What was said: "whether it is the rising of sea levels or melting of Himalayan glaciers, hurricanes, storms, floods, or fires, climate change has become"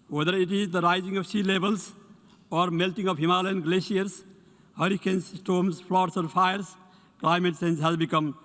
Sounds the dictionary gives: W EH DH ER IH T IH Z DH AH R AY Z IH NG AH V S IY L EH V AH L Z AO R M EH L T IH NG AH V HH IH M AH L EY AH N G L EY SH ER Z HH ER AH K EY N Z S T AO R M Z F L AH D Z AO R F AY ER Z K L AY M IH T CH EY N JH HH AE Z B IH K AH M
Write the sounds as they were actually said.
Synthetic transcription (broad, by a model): W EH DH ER IH T IH Z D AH R AY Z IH NG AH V S IY L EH B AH L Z AO R M EH L T IH NG AH V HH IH M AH L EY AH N G L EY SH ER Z HH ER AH K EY N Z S T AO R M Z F L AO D S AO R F AY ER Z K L AY M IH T S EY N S HH AE Z B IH K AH M